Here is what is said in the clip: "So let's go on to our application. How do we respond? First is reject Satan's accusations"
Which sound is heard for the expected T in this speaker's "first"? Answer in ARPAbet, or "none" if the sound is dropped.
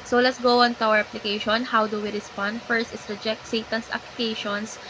T